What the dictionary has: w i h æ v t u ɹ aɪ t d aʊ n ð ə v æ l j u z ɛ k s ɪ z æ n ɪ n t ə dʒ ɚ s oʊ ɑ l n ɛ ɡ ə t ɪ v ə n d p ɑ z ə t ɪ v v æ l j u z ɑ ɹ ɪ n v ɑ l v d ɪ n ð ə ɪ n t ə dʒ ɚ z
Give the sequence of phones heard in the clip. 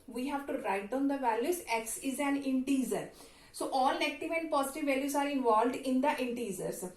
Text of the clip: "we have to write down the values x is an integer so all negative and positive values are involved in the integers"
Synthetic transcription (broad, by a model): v i h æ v t u ɹ aɪ t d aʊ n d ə v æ l j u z ɛ k s ɪ z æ n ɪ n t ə z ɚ s oʊ ɑ l n ɛ ɡ ə t ɪ v ə n d p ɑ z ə t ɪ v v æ l j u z ɑ ɹ ɪ n v ɑ l v d ɪ n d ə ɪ n t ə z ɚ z